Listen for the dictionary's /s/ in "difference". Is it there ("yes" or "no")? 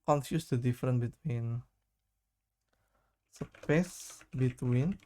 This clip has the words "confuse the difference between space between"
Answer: no